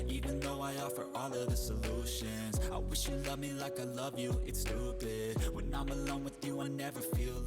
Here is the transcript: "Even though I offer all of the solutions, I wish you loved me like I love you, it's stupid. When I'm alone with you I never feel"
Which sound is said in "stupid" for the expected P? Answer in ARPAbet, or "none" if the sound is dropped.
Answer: B